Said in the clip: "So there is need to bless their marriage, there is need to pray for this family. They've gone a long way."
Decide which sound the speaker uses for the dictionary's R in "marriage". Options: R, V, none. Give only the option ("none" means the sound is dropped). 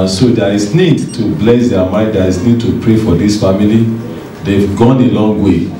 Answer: none